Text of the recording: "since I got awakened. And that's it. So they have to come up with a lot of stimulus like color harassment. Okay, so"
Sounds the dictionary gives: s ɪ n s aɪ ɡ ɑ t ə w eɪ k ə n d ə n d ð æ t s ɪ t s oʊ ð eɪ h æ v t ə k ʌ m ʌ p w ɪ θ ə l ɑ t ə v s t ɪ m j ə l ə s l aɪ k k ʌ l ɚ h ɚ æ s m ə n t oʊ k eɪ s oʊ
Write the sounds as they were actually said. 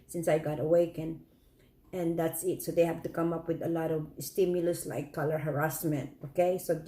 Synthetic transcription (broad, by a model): s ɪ n s aɪ ɡ ɑ t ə w eɪ k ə n ə n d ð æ t s ɪ t s oʊ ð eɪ h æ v t ə k ʌ m ʌ p w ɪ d ə l ɑ t ə v s t ɪ m j ə l ə s l aɪ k k ʌ l ɚ h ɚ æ s m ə n t oʊ k eɪ s oʊ